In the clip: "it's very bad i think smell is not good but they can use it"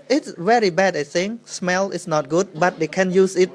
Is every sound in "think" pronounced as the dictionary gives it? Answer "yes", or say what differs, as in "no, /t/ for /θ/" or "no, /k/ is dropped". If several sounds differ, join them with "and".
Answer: no, /s/ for /θ/